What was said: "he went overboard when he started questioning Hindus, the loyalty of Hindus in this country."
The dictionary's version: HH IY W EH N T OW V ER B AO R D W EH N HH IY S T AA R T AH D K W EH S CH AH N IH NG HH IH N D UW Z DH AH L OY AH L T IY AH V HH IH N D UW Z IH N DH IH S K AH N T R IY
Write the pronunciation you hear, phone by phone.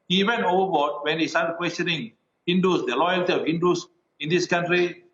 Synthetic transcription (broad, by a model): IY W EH N OW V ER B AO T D W EH N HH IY S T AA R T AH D K W EH S CH AH N IH NG HH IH N D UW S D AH L OY AH L T IY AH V HH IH N D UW S IH N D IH S K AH N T R IY